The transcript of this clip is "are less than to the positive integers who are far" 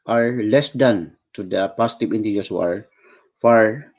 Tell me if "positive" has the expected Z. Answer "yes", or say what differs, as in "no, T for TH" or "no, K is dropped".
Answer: no, S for Z